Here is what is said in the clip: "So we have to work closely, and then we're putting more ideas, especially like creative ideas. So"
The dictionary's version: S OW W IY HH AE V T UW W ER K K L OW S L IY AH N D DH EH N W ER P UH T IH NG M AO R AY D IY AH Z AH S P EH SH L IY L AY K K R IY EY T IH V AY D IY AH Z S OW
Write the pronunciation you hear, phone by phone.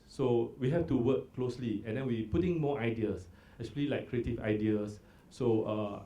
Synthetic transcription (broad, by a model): S OW W IY HH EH F T UW W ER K K L OW S L IY AH N D EH N W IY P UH T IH NG M AO AY D IY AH S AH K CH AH L IY L AY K K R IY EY T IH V AY D IY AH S S OW